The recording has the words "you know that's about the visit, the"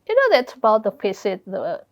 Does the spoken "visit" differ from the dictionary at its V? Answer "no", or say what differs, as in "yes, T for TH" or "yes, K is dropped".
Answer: yes, F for V